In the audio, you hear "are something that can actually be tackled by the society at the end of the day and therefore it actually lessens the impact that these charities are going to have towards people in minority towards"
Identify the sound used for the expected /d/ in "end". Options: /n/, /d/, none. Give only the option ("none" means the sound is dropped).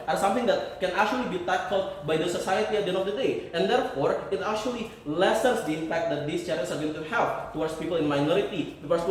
none